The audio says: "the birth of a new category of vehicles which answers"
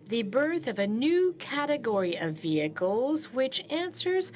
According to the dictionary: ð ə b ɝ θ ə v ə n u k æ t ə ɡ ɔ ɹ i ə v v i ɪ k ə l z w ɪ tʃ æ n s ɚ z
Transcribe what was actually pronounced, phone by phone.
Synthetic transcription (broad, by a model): ð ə b ɝ θ ə v ə n u k æ t ə ɡ ɔ ɹ i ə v v i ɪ k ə l z w ɪ tʃ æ n s ɚ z